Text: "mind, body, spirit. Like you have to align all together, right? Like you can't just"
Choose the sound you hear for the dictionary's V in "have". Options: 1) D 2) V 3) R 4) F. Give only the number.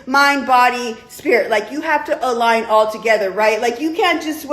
4